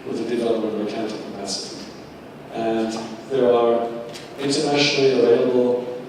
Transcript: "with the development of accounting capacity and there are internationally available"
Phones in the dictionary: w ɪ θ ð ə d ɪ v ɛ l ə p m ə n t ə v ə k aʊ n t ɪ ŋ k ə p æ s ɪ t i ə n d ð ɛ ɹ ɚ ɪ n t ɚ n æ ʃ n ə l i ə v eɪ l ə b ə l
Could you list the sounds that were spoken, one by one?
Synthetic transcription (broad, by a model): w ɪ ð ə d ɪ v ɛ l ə m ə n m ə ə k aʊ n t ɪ k ə p æ s ɪ t i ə n ð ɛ ɹ ɚ ɪ n t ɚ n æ ʃ n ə l i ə v eɪ l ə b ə l